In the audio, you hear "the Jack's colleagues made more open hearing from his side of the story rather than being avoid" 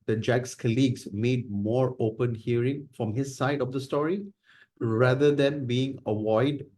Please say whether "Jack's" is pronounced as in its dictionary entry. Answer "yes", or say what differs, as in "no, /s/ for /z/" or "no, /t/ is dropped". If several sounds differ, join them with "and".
yes